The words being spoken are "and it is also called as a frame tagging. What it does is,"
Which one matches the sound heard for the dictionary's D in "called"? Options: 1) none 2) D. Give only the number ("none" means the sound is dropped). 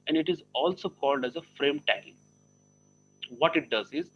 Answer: 2